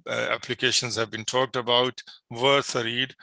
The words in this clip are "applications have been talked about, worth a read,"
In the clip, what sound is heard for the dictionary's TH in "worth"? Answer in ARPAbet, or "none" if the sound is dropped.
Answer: S